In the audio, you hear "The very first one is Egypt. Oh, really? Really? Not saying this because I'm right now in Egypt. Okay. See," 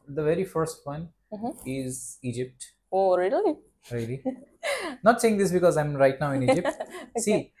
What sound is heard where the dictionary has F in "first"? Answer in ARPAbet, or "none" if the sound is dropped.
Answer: F